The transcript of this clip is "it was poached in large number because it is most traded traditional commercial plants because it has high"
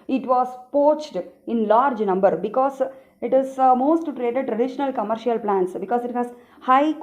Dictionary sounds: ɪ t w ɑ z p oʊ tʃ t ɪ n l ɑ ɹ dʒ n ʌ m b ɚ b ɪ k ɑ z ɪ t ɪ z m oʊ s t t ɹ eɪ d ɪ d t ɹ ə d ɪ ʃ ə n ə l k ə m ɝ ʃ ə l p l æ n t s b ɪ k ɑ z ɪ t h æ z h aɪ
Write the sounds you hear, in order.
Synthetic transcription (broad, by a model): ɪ t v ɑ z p oʊ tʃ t ɪ n l ɑ ɹ dʒ n ʌ m b ɚ b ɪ k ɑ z ɪ t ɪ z m oʊ s t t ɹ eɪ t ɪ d t ɹ ə d ɪ ʃ ə n ə l k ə m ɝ ʃ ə l p l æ n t s b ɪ k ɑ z ɪ t h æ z h aɪ